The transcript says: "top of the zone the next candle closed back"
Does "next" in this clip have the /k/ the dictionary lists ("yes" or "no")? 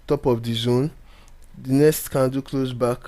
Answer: no